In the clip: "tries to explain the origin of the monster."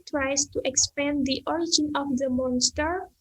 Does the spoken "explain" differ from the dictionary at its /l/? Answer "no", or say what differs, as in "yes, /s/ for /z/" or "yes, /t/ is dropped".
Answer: yes, /l/ is dropped